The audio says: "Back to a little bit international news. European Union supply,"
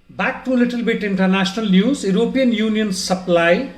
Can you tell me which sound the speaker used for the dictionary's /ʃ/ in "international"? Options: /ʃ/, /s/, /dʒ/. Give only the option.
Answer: /s/